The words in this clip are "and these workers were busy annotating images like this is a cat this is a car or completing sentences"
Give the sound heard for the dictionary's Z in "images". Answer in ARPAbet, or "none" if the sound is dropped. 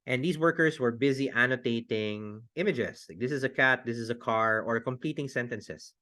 S